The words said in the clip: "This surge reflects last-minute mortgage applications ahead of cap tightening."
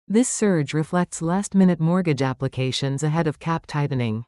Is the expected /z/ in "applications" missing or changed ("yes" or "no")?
no